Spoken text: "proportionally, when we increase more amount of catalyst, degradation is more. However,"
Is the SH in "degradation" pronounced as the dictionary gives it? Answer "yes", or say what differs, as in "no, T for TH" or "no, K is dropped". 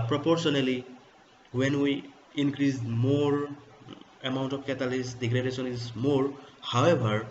no, S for SH